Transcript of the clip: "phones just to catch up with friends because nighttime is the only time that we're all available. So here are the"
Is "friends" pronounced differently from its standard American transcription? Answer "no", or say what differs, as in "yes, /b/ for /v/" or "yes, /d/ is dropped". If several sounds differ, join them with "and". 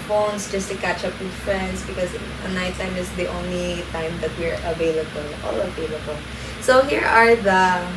yes, /s/ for /z/